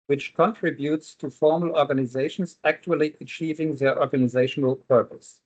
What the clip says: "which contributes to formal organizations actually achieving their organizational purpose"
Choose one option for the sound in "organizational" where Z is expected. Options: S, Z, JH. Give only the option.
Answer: Z